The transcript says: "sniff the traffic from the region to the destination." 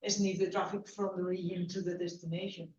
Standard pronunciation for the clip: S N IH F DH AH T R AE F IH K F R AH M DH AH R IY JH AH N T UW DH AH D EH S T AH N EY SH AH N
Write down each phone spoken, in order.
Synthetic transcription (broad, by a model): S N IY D DH AH T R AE F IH K F R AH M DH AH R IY AH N T UW DH AH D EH S T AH N EY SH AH N